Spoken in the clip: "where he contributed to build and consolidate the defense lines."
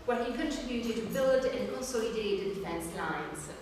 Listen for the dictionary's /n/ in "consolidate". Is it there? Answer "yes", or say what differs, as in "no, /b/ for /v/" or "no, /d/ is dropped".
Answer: no, /l/ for /n/